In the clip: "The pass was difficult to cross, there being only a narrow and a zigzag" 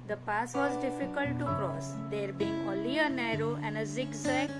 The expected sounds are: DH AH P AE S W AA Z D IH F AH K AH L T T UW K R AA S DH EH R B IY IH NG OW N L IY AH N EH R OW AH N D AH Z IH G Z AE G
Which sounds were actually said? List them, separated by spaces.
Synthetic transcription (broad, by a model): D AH P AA S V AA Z D IH F AH K AH L T T UW K R AA S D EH R B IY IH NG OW L IY AH N EH R OW AH N D AH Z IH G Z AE